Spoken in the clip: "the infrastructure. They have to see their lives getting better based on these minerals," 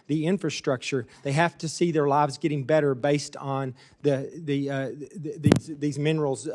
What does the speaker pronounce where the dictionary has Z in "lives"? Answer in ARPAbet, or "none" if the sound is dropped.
Z